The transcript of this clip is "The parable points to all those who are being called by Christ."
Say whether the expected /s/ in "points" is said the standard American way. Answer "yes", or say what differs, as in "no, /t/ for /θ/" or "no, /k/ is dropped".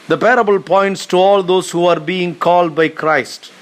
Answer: yes